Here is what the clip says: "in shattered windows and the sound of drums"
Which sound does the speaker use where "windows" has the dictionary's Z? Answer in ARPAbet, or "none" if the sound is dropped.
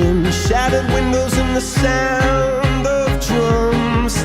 Z